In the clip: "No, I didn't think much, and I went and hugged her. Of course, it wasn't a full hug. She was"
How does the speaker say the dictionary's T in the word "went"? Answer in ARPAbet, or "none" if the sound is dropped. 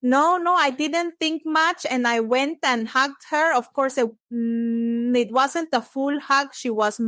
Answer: T